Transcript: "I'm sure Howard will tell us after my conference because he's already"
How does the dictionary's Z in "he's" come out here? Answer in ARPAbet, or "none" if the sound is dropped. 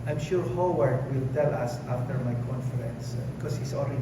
S